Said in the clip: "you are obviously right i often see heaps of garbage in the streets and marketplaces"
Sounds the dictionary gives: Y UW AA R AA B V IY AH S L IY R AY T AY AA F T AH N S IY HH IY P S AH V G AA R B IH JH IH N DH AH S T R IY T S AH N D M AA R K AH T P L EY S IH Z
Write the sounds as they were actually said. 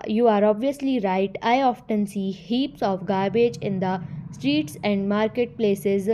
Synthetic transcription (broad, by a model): Y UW AA R AA B V IY AH S L IY R AY T AY AA F T AH N S IY HH IY P S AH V G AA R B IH JH IH N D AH S T R IY T S AH N D M AA R K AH T P L EY S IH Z